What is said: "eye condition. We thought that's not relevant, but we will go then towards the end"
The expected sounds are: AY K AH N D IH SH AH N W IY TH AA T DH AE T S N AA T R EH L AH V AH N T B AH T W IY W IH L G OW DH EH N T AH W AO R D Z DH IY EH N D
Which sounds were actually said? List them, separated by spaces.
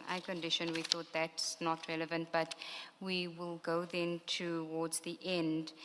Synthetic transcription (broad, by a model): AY K AH N D IH SH AH N W IY TH AA T DH AE T S N AA T R EH L AH V AH N T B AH T W IY W IH L G OW DH EH N T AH W AO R D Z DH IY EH N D